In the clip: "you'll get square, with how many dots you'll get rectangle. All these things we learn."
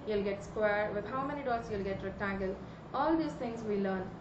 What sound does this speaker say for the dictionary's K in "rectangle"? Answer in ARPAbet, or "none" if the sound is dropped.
none